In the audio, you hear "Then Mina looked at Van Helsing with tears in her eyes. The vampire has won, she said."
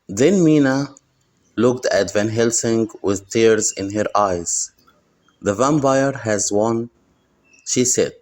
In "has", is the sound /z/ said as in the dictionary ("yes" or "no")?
yes